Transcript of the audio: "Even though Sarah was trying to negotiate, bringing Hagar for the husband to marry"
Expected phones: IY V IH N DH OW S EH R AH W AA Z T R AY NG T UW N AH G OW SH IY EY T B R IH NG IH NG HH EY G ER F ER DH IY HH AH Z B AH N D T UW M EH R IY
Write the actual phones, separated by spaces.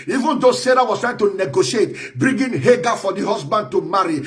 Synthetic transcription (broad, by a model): IY V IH N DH OW S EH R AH W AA S T R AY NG T UW N AH G OW SH IY EY T B R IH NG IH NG HH EY G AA F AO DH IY HH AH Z B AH N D T UW M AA R IY